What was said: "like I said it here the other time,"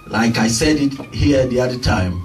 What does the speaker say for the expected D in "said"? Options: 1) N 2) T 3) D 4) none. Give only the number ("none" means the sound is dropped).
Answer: 3